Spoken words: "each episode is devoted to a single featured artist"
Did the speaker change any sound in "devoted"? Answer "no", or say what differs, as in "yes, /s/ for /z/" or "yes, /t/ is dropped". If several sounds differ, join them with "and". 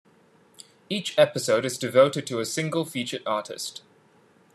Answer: no